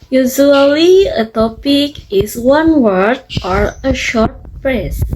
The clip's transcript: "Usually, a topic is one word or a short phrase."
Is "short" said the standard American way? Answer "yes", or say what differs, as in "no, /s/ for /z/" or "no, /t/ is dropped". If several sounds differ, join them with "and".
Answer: yes